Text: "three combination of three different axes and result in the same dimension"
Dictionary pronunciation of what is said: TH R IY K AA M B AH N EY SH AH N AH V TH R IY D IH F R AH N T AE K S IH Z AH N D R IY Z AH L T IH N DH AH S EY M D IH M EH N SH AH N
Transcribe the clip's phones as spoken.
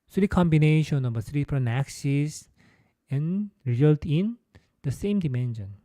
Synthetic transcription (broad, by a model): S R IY K AA M B AH N EY SH AH N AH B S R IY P R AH N AE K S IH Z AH N R IY Z AH L T IH N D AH S EY M D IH M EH N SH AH N